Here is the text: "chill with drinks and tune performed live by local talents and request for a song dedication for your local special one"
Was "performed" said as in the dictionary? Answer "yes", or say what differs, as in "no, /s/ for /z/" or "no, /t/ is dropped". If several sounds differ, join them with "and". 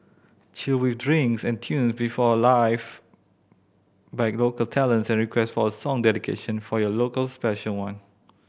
no, /b/ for /p/